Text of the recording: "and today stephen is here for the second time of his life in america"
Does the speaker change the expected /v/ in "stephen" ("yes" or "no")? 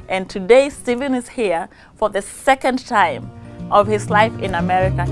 no